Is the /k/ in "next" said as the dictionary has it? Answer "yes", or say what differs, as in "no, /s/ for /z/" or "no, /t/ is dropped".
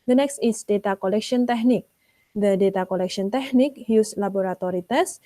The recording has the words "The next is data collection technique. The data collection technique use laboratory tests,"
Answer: yes